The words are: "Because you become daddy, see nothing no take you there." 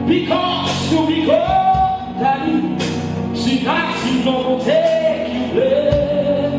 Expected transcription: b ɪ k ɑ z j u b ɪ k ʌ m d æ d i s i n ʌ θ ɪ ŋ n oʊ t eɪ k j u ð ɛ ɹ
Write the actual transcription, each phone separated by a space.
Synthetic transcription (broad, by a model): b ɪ k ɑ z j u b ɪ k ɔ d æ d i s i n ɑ s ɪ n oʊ t eɪ k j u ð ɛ